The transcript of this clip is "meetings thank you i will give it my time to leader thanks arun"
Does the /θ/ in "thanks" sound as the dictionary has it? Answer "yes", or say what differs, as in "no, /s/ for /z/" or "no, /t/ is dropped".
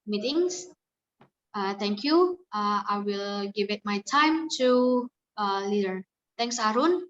no, /t/ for /θ/